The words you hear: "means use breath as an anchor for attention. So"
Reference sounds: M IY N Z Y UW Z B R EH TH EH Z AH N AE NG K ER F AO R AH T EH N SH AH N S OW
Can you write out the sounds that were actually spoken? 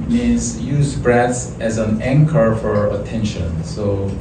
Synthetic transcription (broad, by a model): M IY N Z Y UW Z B R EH S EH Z AH N AE NG K ER F AO R AH T EH N SH AH N S OW